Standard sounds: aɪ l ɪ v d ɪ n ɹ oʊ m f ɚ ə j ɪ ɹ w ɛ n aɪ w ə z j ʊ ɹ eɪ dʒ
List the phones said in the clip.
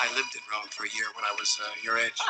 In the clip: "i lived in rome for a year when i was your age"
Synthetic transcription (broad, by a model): aɪ l ɪ v d ɪ n ɹ oʊ m f ɚ ə j ɪ ɹ w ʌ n aɪ w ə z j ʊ ɹ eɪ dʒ